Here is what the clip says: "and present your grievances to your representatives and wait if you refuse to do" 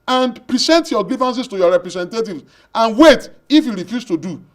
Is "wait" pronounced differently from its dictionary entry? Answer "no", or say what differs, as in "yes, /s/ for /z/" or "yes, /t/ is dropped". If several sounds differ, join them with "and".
no